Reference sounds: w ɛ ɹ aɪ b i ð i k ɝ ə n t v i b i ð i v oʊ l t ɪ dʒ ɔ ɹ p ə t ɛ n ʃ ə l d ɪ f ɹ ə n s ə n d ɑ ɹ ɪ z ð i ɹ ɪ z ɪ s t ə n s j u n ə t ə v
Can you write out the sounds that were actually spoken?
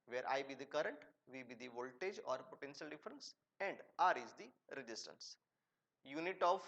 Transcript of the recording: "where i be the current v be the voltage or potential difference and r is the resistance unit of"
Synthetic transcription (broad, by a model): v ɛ ɹ aɪ b i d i k ɝ ə n t v i b i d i v oʊ l t ɪ dʒ ɔ ɹ p ə t ɛ n ʃ ə l d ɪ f ɹ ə n s ə n d ɑ ɹ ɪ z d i ɹ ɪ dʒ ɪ s t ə n s j u n ə t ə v